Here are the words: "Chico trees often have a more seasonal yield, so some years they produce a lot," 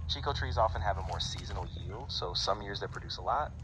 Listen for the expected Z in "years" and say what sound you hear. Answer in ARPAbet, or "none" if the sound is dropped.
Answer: Z